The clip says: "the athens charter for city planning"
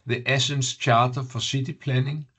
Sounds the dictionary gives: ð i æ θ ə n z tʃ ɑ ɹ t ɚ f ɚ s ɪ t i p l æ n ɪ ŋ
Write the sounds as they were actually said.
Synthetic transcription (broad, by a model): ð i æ s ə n s tʃ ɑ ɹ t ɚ f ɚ s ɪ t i p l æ n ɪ ŋ